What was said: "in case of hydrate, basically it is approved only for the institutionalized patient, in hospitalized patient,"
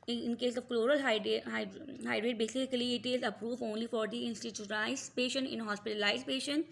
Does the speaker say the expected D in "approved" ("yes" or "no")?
no